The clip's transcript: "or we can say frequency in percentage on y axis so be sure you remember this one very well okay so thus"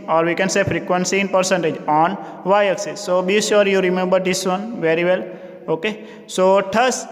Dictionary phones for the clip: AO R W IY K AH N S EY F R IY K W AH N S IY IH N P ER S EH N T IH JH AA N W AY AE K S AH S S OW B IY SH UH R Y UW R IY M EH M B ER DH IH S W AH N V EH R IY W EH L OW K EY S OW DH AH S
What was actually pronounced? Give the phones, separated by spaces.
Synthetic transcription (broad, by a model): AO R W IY K AH N S EY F R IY K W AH N S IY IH N P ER S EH N T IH JH AA N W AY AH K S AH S S OW B IY S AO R Y UW R IY M EH M B ER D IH S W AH N V EH R IY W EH L OW K EY S OW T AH S